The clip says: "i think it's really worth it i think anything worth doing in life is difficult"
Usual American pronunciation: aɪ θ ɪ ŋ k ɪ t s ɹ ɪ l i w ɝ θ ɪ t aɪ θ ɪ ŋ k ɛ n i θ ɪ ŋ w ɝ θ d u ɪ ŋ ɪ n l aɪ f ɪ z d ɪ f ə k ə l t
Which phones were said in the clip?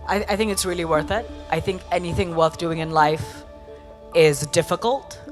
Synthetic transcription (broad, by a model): aɪ θ ɪ ŋ k ɪ t s ɹ ɪ l i w ɝ θ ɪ t aɪ θ ɪ ŋ k ɛ n i θ ɪ ŋ w ɝ θ d u ɪ ŋ ɪ n l aɪ f ɪ z d ɪ f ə k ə l t